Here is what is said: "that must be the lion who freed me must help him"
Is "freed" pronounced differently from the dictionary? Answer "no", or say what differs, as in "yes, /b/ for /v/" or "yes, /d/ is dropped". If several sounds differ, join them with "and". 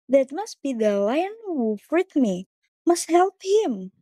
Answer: yes, /w/ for /ɹ/